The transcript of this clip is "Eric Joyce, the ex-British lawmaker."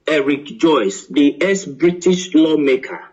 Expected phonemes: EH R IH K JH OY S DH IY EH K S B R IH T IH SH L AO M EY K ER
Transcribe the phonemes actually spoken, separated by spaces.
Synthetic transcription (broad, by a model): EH R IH K JH OY S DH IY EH S B R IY T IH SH L AO M EY K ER